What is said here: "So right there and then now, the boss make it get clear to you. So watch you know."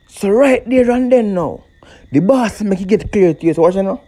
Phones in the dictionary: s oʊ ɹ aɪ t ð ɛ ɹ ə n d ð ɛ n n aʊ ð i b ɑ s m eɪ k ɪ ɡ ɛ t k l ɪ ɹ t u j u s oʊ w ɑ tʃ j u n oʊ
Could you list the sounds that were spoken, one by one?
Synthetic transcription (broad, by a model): s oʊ ɹ aɪ t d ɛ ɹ ə n d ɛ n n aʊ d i b ɑ s m eɪ k ɡ ɛ t k l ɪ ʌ t u j u s oʊ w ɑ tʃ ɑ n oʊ